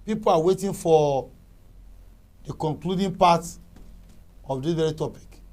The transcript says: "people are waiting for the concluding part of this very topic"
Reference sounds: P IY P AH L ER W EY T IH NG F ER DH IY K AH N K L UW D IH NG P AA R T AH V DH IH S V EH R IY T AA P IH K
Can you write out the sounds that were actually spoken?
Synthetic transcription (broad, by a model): P IY P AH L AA W EY T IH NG F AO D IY K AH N K L UW D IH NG P AA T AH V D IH V EH R IY T AA P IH K